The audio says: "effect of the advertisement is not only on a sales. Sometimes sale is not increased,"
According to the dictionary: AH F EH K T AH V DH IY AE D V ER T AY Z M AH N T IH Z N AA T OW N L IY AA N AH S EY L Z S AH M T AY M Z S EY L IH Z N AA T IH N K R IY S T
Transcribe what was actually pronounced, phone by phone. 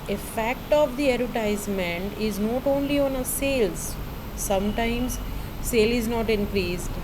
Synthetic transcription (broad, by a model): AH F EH K T AH V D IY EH D ER T AY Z M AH N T IH Z N AA T OW N L IY AA N AH S EY L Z S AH M T AY M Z S EY L IH Z N AA T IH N K R IY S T